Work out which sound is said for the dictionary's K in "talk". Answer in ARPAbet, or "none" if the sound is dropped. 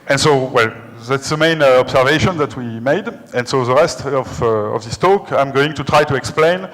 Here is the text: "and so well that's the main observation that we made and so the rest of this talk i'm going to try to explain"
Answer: K